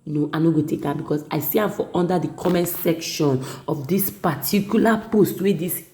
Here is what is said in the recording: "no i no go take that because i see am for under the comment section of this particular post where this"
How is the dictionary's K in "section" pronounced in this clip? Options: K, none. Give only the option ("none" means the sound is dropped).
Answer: K